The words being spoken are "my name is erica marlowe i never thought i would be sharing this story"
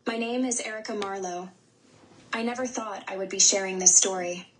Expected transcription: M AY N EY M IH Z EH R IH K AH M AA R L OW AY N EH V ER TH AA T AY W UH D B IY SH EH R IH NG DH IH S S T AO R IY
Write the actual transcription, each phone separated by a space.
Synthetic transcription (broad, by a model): M AY N EY M IH Z EH R IH K AH M AA R L OW AY N EH V ER TH AA T AY W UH D B IY SH EH R IH NG DH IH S S T AO R IY